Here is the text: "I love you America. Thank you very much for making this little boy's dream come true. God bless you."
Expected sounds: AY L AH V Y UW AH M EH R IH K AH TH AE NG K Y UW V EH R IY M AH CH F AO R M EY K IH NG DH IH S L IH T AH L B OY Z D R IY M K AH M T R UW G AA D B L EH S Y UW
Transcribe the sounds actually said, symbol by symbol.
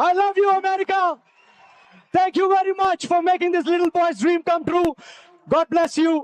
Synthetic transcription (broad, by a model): AY L AH V Y UW AH M EH R IH K AH T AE NG K Y UW V EH R IY M AH CH F AO R M EY K IH NG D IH S L IH T AH L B OY S D R IY M K AH M T R UW G AA D B L EH S Y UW